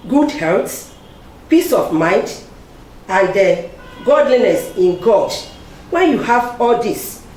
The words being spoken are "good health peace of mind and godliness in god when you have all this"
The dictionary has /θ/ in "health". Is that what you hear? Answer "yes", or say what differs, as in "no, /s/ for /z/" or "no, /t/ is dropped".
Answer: no, /s/ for /θ/